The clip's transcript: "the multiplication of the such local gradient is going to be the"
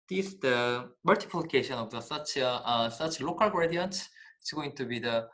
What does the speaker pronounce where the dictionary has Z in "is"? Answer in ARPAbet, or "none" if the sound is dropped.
S